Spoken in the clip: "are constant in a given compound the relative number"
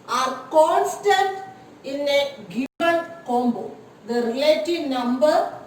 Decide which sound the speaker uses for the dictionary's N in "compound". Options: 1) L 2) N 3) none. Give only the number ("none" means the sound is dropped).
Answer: 3